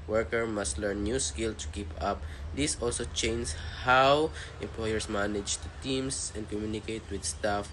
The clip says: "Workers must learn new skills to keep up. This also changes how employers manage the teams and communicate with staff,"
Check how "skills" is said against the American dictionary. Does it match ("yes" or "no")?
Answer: no